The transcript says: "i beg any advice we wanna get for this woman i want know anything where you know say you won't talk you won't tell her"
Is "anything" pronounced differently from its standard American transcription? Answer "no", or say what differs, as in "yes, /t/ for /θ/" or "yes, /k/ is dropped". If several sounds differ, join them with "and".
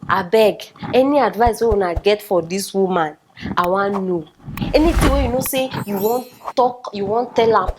yes, /t/ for /θ/